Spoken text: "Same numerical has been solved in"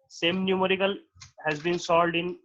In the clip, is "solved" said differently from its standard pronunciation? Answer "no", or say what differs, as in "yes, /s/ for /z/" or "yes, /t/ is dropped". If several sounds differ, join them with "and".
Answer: yes, /v/ is dropped